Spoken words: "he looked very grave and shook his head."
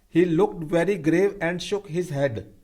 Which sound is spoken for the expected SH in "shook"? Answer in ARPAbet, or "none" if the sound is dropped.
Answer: SH